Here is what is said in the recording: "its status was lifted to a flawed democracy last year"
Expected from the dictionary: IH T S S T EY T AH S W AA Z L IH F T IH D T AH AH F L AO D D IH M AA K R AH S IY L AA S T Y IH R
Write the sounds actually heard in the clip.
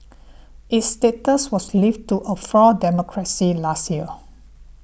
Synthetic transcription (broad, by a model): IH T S S T EY T AH S W AA S L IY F T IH T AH AH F AO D D IH M AA K R AH S IY L AA S T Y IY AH